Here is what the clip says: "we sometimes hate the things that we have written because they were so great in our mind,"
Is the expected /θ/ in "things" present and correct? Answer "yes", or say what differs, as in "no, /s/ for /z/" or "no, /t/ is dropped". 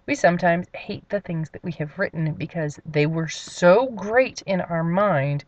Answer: yes